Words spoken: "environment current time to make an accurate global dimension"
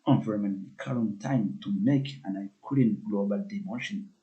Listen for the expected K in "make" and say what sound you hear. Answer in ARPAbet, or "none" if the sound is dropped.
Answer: K